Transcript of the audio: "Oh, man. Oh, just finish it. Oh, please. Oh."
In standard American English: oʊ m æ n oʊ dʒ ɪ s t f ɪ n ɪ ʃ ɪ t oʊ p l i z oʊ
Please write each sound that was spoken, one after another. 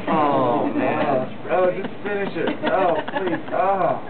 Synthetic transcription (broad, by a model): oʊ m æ oʊ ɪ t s f ɪ n ɪ ʃ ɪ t oʊ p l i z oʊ